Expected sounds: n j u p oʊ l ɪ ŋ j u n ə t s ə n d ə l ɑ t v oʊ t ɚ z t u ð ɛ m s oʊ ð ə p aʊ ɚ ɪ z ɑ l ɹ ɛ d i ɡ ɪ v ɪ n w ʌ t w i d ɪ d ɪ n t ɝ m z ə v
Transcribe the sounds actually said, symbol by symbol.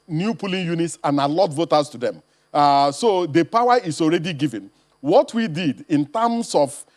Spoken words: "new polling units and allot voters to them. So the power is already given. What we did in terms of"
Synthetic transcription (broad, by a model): n j u p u l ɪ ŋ j u n ə t s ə n ə l ɑ t v oʊ t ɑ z t u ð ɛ m s oʊ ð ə p aʊ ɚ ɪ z ɑ l ɹ ɛ d i ɡ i v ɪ n w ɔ t w i d ɪ d ɪ n t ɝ m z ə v